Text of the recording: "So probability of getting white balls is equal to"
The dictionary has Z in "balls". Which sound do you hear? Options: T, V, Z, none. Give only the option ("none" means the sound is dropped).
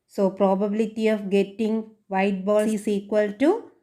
none